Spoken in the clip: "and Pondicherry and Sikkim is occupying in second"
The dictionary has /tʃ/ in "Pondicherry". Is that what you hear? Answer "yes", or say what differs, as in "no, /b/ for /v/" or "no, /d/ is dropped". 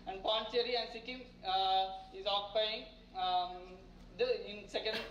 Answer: no, /tʃ/ is dropped